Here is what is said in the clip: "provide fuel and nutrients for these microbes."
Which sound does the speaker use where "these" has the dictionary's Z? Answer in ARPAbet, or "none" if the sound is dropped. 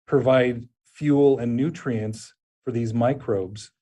Z